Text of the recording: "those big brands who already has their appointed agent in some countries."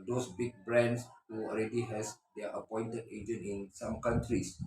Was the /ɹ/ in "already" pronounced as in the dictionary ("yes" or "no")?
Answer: no